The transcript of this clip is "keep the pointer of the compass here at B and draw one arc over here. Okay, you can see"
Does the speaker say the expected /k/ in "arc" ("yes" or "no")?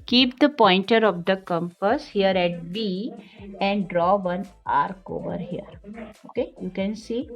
yes